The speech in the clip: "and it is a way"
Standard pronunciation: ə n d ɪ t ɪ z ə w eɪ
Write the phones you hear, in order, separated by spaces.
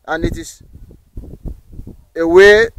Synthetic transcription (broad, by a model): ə n ɪ t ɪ s ə w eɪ